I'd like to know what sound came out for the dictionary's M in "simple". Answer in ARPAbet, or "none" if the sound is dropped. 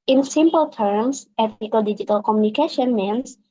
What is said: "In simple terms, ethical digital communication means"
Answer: M